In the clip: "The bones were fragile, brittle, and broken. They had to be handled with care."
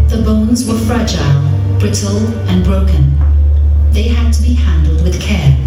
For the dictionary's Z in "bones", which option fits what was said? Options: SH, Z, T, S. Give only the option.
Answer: Z